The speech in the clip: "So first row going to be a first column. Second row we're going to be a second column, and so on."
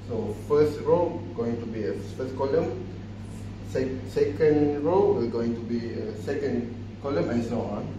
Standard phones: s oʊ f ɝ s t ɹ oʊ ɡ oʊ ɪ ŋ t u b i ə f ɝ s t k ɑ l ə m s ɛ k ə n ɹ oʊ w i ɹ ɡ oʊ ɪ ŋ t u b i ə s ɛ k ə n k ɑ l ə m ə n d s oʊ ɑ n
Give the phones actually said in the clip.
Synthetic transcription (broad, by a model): s oʊ f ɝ s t ɹ oʊ ɡ oʊ ɪ ŋ t u b i ə f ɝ s k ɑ l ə m s ɛ k ə n ɹ oʊ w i l ɡ oʊ ɪ ŋ t u b i ə s ɛ k ə n k ɑ l ə m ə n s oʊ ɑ